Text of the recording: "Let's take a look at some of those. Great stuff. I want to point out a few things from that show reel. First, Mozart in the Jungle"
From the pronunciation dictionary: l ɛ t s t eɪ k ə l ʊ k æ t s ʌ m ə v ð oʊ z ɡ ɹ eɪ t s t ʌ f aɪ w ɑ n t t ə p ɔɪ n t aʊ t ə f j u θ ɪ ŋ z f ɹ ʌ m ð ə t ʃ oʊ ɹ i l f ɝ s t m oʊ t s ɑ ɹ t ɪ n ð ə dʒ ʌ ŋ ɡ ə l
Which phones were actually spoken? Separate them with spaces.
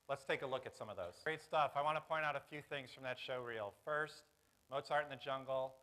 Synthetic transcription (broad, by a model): l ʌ t s t eɪ k ə l ʊ k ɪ t s ʌ m ə v ð oʊ z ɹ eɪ t s t ʌ f aɪ w ɑ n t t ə p ɔɪ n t aʊ t ə f j u θ ɪ ŋ z f ɹ ʌ m ð ə t ʃ oʊ ɹ i l f ɝ s t m oʊ t s ɑ ɹ t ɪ n ð ə dʒ ʌ ŋ ɡ l